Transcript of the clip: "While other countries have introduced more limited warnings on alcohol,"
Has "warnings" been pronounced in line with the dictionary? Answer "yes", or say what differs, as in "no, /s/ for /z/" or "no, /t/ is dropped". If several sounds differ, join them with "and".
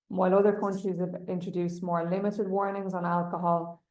yes